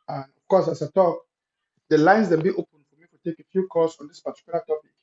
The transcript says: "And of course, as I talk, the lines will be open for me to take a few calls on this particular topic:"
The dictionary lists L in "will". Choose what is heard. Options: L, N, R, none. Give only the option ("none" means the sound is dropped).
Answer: N